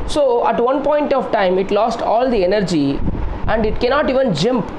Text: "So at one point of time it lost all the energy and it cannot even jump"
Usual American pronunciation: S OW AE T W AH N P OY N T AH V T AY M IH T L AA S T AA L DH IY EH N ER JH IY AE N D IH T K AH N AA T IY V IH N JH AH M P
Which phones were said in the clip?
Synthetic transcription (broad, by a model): S OW AE T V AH N P OY N T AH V T AY M IH T L AA S T AA L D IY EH N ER JH IY AE N D IH T K AH N AA T IY V IH N JH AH M P